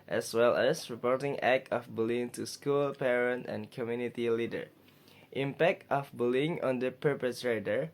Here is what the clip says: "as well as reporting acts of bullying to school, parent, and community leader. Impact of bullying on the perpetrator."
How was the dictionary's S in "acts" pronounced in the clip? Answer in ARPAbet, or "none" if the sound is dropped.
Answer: none